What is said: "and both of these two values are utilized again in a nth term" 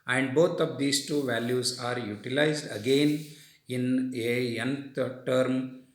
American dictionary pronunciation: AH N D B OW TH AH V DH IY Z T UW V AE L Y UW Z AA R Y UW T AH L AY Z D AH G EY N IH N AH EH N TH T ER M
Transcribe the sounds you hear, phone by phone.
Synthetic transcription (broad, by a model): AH N D B OW T AH V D IY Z T UW V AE L Y UW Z AA R Y UW T AH L AY Z D AH G EY N IH N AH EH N T T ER M